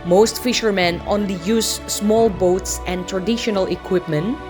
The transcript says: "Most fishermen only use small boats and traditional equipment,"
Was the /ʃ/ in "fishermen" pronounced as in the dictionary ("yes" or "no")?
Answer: yes